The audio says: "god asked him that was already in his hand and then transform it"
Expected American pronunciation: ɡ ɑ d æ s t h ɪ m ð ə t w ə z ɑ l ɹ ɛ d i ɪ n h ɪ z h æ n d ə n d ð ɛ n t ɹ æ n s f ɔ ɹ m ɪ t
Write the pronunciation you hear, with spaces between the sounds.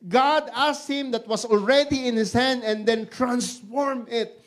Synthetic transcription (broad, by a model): ɡ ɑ d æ s t h ɪ m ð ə t w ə s ɑ l ɹ ɛ d i ɪ n h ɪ s h æ n d ə n d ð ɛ n t ɹ æ n s f ɔ ɹ m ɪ t